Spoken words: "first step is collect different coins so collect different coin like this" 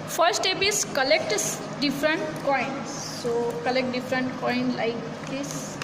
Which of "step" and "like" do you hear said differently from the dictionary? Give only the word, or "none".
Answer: step